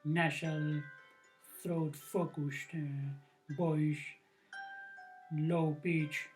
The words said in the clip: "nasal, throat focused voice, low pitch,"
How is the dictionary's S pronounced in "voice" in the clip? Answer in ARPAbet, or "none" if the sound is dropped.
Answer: SH